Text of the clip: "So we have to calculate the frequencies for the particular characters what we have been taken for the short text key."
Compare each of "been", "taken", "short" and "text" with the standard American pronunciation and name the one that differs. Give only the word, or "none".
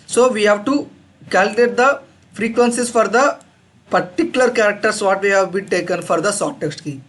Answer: short